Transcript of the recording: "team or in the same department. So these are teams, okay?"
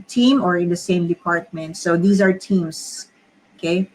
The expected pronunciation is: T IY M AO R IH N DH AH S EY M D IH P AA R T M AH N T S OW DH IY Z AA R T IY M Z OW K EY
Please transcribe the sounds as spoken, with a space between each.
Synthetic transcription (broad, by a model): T IY M AO R IH N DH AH S EY M D IH P AA R T M AH N T S OW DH IY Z AA R T IY M S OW K EY